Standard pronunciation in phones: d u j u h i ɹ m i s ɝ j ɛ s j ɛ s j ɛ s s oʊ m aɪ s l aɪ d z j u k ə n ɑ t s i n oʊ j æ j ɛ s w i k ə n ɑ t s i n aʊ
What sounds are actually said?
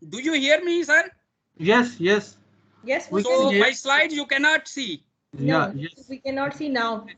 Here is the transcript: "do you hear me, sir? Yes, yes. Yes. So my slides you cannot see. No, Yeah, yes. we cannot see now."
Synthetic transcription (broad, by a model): d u j u h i ɹ m i s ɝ j ɛ s j ɛ s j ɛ s s oʊ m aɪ s l aɪ d z j u k ə n ɑ t s i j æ j ɛ s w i k ə n ɑ t s i n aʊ